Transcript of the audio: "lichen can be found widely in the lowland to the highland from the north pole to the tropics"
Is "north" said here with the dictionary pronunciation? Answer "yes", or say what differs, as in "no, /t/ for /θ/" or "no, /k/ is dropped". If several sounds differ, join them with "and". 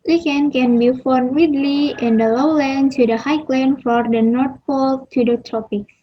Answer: no, /t/ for /θ/